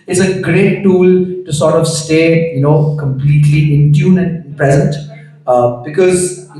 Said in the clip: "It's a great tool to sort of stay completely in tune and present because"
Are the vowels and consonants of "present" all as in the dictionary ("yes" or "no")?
no